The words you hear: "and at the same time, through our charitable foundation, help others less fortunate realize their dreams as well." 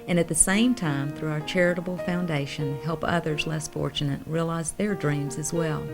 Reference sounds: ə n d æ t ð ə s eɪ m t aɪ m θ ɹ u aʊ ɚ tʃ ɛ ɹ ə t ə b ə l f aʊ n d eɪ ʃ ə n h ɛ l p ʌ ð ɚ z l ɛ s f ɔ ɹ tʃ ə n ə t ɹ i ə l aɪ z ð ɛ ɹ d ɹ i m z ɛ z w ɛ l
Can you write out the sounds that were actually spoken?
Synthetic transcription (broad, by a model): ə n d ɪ t ð ə s eɪ m t aɪ m θ ɹ u aʊ ɚ tʃ ɛ ɹ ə t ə b l f aʊ n d eɪ ʃ ə n h ɛ l p ʌ ð ɚ z l ɛ s f ɔ ɹ tʃ ə n ə t ɹ i ə l aɪ z ð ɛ ɹ d ɹ i m z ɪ z w ɛ l